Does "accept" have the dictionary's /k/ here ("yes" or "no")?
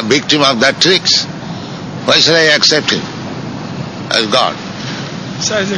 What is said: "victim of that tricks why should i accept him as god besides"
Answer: yes